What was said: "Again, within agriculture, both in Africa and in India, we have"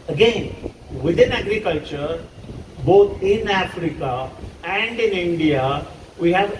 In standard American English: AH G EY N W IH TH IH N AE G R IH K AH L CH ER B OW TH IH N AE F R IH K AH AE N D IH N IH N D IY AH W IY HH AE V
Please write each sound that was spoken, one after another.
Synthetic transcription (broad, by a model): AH G EY N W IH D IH N AE G R IH K AH L CH ER B OW T IH N AE F R IH K AH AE N D IH N IH N D IY AH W IY HH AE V